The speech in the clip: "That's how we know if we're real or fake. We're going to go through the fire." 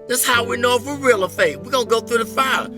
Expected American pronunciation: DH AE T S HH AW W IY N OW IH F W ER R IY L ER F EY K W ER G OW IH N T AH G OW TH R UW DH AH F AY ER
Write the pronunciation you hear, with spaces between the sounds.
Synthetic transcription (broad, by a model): DH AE T S HH AW W IY N OW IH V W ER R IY L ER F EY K W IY G OW IH N G OW TH R UW DH AH F AY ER